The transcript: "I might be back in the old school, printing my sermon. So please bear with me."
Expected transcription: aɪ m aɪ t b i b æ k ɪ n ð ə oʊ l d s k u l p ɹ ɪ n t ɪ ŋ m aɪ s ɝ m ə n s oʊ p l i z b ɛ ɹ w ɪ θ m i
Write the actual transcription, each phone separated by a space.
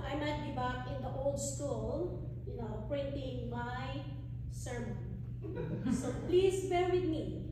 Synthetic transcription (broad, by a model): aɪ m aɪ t b i b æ k ɪ n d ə oʊ l d s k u l p ɹ ɪ n t ɪ ŋ m aɪ s ɝ m ə n s oʊ p l i s b ɛ ɹ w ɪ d m i